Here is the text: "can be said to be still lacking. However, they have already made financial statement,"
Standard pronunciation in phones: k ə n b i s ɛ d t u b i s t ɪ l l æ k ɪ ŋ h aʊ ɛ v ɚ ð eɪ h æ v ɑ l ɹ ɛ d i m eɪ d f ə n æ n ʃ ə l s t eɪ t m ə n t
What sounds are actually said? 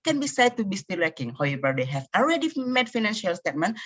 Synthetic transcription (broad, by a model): k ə n b i s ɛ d t u b i s t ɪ l w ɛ k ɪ ŋ h aʊ ɛ v ɚ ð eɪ h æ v ɑ l ɹ ɛ d i m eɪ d f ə n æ n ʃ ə l s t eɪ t m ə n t